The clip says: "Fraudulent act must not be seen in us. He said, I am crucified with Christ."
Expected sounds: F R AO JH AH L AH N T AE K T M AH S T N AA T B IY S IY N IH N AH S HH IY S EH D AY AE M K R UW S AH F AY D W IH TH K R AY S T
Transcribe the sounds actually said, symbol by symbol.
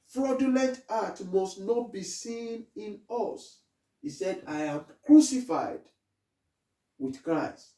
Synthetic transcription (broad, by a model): F R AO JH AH L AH N T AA T M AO S T N AA T B IY S IY N IH N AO S HH IY S EH D AY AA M K R UW S AH F AY D W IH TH K R AY S T